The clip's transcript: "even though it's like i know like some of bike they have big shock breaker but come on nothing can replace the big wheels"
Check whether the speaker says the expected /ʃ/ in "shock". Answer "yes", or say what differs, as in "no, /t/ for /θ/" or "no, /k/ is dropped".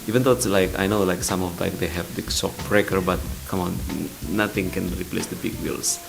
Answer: no, /s/ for /ʃ/